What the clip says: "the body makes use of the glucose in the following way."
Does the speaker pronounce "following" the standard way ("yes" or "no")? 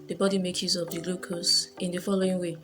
yes